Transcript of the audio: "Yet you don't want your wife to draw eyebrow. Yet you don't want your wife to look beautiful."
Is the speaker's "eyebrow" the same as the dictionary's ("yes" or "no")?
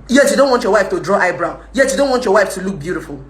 yes